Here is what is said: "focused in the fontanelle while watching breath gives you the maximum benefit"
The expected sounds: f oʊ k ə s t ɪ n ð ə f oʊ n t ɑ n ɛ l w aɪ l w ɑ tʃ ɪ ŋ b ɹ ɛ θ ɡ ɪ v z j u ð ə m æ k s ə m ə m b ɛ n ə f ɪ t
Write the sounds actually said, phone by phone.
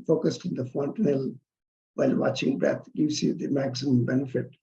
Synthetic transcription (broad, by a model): f oʊ k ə s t ɪ n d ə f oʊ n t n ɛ l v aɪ l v ɑ tʃ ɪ ŋ b ɹ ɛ t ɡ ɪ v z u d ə m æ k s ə m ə m b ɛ n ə f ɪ t